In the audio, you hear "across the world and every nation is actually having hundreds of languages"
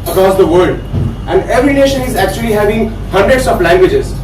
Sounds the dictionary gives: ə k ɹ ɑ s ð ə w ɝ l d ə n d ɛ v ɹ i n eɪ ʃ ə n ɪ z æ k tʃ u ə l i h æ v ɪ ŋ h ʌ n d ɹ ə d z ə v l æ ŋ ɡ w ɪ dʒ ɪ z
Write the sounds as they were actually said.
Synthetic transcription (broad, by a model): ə k ɹ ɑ s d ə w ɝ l d ə n d ɛ v ɹ i n eɪ ʃ ə n ɪ z æ k tʃ u ə l i h æ v ɪ ŋ h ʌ n d ɹ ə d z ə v l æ ŋ ɡ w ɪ dʒ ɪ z